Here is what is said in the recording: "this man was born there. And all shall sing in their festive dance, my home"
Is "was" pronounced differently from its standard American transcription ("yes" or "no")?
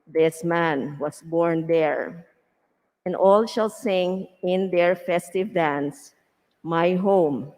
yes